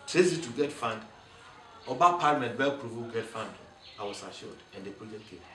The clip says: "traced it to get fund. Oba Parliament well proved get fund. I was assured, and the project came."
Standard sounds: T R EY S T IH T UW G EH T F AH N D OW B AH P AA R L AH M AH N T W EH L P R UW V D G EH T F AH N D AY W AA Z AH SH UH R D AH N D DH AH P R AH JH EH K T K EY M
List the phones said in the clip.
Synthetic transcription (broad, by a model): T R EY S IH T UW G EH T F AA N D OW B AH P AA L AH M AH N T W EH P R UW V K G EH T F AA N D AY W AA S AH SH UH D AH N D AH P AH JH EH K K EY